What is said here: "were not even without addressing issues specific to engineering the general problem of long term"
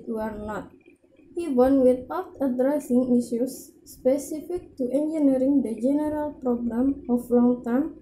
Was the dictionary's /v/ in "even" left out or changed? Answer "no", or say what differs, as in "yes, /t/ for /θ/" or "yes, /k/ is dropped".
yes, /w/ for /v/